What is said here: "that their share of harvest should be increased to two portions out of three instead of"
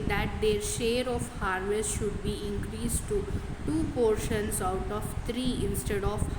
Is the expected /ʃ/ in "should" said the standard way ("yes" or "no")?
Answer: yes